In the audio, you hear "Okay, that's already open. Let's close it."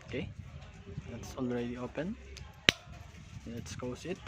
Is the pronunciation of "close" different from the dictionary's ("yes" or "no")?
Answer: yes